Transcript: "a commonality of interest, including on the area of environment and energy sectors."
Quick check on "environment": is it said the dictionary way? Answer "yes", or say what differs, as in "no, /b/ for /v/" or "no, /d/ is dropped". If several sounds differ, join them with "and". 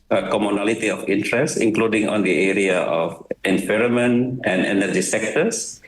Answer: no, /f/ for /v/ and /n/ is dropped